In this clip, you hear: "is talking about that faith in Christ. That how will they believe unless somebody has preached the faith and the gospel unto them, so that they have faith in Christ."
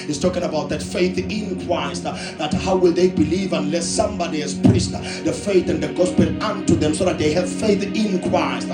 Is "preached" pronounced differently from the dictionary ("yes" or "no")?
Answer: yes